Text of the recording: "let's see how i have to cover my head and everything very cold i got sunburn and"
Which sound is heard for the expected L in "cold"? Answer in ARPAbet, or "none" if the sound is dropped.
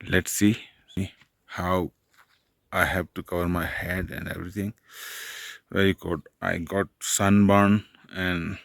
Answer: none